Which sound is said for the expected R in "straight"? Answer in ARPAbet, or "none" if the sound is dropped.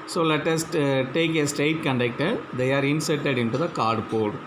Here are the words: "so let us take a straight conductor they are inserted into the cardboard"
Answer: none